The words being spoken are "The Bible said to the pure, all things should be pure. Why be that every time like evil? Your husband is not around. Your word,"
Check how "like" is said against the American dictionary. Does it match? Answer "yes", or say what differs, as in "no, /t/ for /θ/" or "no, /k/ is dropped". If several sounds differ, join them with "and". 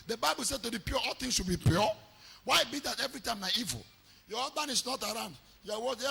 no, /n/ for /l/ and /k/ is dropped